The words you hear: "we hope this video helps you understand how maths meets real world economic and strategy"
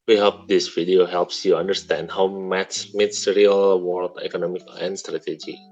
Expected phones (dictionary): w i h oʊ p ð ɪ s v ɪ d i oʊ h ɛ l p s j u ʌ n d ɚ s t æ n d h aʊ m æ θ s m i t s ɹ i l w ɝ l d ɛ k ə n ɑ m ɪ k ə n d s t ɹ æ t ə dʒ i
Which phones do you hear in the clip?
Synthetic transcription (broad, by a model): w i h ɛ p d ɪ s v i d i oʊ h ɛ l p s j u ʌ n d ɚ s t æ n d h aʊ m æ t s m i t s ɹ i l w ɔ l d ɛ k ə n ɑ m ɪ k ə n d s t ɹ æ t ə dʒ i